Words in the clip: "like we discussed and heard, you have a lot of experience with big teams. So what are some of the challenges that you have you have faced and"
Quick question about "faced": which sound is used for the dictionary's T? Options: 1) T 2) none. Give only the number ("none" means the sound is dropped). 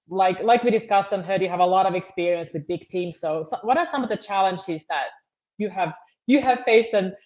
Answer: 2